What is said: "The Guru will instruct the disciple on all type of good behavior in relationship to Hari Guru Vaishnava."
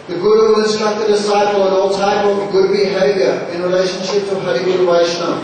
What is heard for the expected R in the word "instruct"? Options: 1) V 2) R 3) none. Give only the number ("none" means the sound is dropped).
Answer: 3